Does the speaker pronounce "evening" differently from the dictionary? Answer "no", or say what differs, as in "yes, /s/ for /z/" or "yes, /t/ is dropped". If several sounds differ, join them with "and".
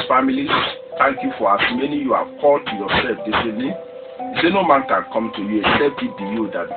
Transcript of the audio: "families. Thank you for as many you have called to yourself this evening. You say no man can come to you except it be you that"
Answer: yes, /v/ is dropped